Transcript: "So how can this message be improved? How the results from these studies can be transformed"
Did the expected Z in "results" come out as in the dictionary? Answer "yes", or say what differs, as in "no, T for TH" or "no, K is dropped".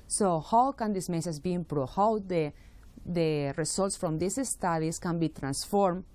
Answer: no, S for Z